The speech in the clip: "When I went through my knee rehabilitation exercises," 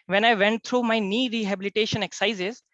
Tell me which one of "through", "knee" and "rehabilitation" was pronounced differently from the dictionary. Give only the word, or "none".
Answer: through